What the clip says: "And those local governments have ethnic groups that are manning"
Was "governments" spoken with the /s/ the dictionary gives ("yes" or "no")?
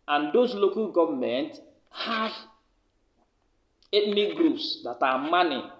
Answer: no